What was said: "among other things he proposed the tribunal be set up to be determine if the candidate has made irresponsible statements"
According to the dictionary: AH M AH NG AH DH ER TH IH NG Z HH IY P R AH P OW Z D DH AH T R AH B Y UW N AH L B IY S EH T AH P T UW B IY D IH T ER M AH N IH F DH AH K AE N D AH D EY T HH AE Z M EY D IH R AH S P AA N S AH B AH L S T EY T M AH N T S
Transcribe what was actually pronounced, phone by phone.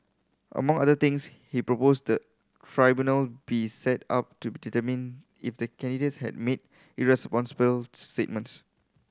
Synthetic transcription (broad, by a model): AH M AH NG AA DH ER T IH NG S HH IY P R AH P OW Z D AH T R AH B Y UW N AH L B IY S EH T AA P T UW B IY D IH T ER M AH N IH F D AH K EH N D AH D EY T HH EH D M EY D IH R AH S P AA N S AH B AH L S T EY T M AH N T S